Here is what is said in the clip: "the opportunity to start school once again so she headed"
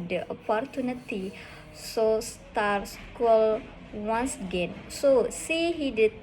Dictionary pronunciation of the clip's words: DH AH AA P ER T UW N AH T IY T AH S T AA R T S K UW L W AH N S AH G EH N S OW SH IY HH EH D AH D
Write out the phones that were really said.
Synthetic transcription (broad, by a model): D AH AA P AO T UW N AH T IY S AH S T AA R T S K UW L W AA N S AH G EH N S OW S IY HH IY D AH